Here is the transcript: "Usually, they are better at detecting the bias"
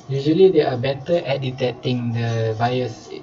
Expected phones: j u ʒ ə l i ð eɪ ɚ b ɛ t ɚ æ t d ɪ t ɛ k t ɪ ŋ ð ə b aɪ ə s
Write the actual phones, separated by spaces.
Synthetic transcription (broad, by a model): j u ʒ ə l i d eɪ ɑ b ɛ t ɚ t d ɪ t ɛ t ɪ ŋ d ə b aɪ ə s